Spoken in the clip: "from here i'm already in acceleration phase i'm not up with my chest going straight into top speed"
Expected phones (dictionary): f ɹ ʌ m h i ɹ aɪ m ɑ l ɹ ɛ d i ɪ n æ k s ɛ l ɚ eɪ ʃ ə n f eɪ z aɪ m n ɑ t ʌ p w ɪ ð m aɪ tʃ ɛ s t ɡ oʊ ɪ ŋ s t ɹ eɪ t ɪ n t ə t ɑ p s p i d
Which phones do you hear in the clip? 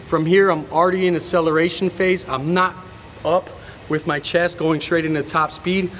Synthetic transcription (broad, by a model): f ɹ ʌ m h i ɹ aɪ m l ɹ ɛ d i ɪ n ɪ s ɛ l ɚ eɪ ʃ n f eɪ z aɪ m n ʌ t ʌ p w ɪ ð m aɪ tʃ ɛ s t ɡ oʊ ɪ ŋ s t ɹ eɪ t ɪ n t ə t ɑ p s p i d